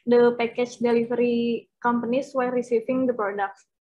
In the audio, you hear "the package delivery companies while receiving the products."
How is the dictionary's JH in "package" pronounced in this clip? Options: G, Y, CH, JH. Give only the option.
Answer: CH